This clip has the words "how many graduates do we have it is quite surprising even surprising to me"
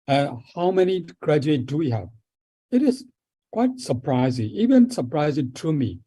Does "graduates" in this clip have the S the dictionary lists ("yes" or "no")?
no